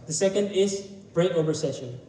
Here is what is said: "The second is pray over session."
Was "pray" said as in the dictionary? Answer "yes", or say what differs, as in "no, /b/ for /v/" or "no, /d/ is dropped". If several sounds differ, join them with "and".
no, /b/ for /p/